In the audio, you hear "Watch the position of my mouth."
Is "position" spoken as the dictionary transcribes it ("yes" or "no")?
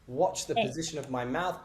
yes